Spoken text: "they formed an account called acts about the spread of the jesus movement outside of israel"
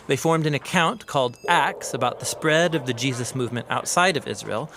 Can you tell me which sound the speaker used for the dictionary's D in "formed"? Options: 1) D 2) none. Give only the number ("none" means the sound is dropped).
1